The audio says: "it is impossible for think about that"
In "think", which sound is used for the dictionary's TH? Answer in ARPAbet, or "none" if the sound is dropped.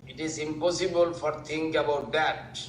T